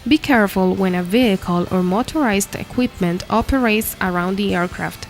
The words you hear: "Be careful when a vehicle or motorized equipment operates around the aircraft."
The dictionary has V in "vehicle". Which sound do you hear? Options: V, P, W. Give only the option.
V